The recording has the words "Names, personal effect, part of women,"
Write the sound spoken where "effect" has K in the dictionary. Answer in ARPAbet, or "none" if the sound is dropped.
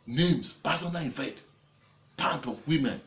none